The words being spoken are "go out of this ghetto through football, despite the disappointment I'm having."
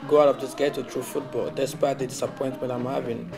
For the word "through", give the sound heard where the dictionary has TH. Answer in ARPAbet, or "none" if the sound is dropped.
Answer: T